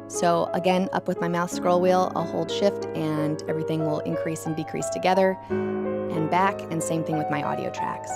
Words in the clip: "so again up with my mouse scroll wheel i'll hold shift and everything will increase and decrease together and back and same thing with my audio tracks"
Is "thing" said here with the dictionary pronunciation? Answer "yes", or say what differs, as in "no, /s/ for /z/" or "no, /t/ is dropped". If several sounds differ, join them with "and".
yes